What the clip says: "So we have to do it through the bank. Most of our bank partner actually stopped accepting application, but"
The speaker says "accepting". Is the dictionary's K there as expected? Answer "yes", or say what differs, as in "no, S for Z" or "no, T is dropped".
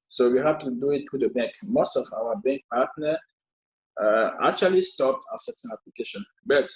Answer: no, K is dropped